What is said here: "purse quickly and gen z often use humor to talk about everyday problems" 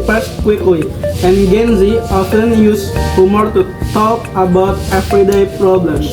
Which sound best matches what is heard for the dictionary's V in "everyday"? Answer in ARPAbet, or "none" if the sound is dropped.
F